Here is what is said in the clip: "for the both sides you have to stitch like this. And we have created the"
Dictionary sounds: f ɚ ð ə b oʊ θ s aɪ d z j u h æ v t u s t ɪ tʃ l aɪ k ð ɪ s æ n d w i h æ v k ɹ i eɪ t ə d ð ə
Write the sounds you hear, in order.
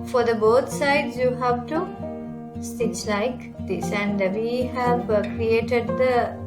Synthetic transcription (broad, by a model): f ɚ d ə b oʊ t s aɪ d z j u h æ v t u s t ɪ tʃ l aɪ k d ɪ s æ n d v i h æ v k ɹ i eɪ t ə d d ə